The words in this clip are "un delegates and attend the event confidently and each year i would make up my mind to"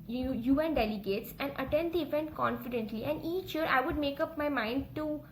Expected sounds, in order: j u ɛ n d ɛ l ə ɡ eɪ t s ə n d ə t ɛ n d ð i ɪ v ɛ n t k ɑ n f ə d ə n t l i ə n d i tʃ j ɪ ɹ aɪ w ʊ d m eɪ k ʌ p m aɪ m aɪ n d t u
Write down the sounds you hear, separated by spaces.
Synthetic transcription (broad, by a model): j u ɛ n d ɛ l ə ɡ eɪ t s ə n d ə t ɛ n d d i ɪ v ɛ n t k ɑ n f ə d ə n t l i ə n d i tʃ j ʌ ɹ aɪ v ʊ d m eɪ k ʌ p m aɪ m aɪ n d t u